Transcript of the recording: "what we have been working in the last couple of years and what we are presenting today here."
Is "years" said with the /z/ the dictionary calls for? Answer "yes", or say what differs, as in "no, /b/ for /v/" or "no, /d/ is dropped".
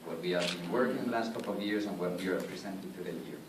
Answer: no, /s/ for /z/